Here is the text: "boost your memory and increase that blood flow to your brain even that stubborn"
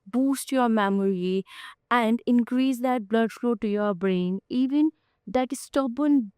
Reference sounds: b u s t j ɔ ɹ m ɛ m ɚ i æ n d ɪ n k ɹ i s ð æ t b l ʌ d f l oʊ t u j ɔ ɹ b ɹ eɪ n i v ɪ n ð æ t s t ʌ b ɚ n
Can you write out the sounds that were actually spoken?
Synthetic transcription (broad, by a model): b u s t j ɔ ɹ m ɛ m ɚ i æ n d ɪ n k ɹ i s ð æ t b l ʌ d f l oʊ t u j ɔ ɹ b ɹ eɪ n i v ɪ n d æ t s t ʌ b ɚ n